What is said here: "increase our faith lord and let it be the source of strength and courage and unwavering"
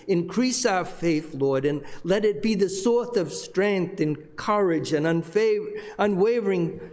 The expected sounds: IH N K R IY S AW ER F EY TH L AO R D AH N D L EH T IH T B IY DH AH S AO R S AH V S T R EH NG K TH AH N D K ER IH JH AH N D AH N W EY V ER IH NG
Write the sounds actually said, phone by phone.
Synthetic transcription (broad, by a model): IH N K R IY S AW ER F EY TH L AO R D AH N L EH T IH T B IY DH AH S AO R TH AH V S T R EH NG K TH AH N K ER IH JH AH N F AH N W EY V ER IH NG